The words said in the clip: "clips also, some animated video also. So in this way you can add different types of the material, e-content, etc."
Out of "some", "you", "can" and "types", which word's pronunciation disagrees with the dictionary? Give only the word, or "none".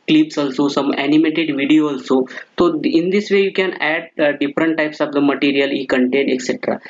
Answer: none